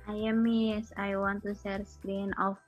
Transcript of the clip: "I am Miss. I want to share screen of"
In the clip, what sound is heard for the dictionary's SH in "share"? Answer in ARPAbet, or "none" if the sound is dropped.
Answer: S